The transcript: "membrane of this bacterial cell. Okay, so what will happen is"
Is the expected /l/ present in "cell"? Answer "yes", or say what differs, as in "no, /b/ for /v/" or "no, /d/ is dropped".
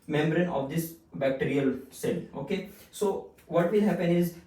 yes